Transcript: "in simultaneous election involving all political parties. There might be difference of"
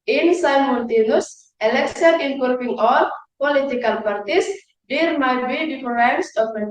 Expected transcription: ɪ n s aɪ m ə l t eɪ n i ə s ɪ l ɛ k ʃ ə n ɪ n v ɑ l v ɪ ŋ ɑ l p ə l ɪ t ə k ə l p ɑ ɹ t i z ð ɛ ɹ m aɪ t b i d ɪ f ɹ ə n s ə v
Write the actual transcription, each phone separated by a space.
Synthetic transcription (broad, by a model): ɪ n s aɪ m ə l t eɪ n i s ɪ l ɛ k s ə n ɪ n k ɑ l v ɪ ŋ ɑ l p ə l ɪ t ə k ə l p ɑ ɹ t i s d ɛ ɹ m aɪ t b i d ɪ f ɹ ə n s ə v